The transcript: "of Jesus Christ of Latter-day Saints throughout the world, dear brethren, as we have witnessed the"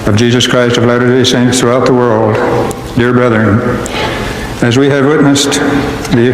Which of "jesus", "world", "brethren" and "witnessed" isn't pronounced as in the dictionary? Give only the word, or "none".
none